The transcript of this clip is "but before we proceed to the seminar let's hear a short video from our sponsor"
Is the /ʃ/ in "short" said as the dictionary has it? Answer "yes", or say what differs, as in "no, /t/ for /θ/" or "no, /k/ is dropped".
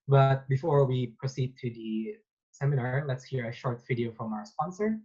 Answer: yes